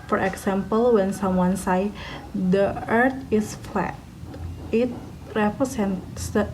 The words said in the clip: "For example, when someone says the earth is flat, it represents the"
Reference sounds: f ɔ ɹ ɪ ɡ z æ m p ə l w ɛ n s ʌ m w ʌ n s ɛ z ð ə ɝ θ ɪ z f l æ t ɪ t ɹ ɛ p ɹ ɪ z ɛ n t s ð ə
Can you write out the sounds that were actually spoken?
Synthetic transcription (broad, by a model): f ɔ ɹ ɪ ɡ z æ m p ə l w ɛ n s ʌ m w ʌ n s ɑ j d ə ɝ t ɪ s f l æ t ɪ t ɹ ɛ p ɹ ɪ s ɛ n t s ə